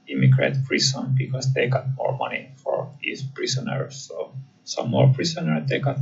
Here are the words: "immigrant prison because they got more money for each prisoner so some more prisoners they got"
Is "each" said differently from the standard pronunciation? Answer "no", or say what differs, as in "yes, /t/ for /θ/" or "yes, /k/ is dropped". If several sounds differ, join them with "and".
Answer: yes, /s/ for /tʃ/